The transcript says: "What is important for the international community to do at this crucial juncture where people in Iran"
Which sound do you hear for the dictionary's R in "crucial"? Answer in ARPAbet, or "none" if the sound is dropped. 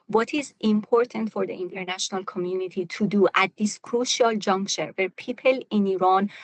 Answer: R